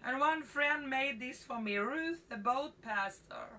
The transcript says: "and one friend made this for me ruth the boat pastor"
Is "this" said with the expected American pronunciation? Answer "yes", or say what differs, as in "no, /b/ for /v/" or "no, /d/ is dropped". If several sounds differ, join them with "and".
yes